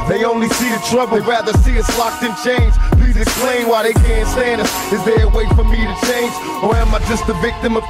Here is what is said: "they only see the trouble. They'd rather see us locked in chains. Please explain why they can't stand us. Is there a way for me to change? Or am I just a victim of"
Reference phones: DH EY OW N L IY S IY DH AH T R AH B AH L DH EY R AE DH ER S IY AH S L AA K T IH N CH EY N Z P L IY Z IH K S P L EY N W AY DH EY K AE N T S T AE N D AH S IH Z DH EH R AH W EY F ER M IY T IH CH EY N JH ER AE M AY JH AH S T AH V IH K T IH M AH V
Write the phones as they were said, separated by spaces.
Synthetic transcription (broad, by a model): DH EY OW N L IY S IY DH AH T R AH B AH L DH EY R AE DH ER S IY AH S L AA K T IH N CH EY N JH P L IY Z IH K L EY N W AY DH EY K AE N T S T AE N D AH S IH Z DH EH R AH W EY F ER M IY T IH CH EY N JH ER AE M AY JH AH S T AH V IH K T IH M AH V